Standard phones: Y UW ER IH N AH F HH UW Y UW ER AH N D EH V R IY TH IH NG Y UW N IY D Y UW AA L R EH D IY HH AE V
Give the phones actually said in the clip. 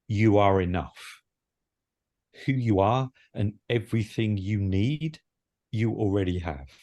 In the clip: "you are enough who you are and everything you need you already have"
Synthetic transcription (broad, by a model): Y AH ER IH N AH F HH UW Y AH ER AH N EH V R IY TH IH NG Y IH N IY D Y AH AA L R EH D IY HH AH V